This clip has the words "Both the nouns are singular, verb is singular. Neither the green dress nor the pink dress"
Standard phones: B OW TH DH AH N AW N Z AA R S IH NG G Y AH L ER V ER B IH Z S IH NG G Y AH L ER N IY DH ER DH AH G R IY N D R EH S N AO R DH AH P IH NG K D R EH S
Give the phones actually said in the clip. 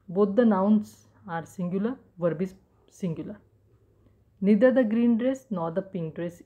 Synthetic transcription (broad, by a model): B OW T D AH N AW N S AA R S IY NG G Y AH L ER V ER B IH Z S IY NG G Y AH L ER N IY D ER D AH G R IY N D R EH S N AO R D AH P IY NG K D R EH S